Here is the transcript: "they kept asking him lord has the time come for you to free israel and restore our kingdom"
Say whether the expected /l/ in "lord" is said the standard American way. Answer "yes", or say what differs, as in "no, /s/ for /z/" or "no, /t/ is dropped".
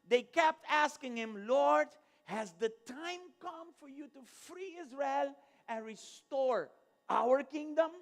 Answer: yes